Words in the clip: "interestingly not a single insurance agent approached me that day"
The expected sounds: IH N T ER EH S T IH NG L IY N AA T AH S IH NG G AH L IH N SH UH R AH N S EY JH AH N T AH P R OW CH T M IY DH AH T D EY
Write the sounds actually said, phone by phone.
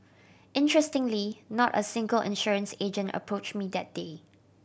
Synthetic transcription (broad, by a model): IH N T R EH S T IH NG L IY N AA T AH S IH NG G AH L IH N SH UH R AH N S EY JH AH N T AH P R OW CH M IY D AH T D EY